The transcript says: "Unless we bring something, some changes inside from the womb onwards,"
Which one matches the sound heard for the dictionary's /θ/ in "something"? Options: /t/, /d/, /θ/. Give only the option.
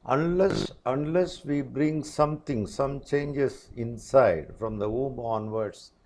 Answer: /t/